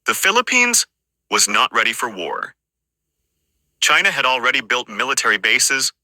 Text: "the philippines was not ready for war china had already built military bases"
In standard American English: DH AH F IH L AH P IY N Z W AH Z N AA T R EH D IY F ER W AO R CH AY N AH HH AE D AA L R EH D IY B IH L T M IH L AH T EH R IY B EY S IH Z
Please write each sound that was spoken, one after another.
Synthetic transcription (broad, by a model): DH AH F IH L AH P IY N Z W AH Z N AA T R EH D IY F ER W AO R CH AY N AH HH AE D L R EH D IY B IH L T M IH L AH T EH R IY B EY S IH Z